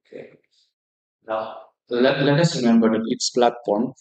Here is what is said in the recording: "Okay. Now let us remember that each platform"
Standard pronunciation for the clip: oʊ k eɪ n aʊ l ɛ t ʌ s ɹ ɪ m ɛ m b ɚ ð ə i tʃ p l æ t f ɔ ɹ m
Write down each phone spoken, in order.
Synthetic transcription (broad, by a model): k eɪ n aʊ l ɛ t ʌ s ɹ ɪ m ɛ m b ɚ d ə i s p l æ t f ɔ ɹ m